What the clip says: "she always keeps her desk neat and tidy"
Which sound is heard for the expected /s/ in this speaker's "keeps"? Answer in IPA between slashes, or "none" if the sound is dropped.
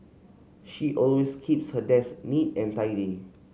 /s/